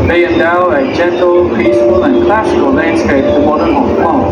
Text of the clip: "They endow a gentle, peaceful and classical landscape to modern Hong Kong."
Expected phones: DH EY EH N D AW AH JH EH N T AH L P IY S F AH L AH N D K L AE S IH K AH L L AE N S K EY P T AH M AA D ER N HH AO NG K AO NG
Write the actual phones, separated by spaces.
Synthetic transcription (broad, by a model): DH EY EH N D AW AH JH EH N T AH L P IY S AH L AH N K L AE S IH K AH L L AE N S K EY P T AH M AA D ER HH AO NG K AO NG